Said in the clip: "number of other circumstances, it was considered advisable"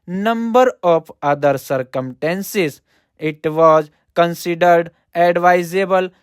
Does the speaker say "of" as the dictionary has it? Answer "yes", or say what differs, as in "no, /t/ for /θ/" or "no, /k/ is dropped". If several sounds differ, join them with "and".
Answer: no, /p/ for /v/